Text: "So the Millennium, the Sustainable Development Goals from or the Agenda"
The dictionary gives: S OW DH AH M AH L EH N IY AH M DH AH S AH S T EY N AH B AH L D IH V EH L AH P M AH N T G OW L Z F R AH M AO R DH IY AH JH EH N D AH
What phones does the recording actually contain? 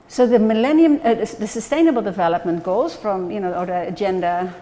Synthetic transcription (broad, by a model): S OW DH AH M AH L EH N IY AH M DH AH S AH S T EY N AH B L D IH V EH L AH P M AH N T G OW L Z F R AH M AO R DH IY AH JH EH N D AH